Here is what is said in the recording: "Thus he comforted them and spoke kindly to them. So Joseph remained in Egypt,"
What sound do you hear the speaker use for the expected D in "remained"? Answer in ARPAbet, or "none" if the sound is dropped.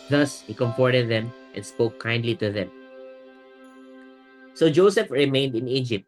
D